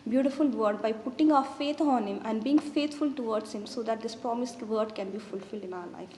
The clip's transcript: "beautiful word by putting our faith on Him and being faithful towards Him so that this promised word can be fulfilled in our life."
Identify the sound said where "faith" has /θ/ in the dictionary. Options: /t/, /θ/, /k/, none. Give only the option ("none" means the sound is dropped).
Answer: /t/